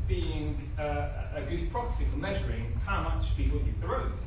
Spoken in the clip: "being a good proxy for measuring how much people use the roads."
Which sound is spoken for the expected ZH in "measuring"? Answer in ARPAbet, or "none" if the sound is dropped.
ZH